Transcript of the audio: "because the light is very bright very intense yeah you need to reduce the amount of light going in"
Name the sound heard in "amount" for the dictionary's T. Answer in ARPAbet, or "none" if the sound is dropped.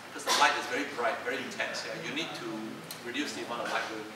none